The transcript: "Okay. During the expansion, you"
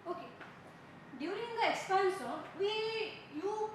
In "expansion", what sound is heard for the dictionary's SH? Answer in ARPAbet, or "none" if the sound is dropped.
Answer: S